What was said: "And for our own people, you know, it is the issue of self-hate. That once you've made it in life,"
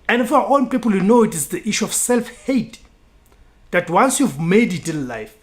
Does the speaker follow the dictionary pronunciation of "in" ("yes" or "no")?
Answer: no